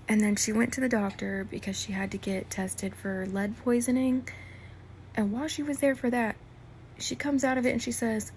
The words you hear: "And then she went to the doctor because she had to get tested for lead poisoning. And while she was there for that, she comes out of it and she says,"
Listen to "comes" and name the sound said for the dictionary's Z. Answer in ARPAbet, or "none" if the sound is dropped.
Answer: Z